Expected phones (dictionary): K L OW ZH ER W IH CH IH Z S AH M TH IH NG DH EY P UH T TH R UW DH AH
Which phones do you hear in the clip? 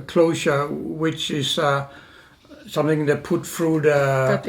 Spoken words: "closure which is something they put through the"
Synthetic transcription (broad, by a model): K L OW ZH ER W IH CH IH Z S AH M TH IH NG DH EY P UH T F R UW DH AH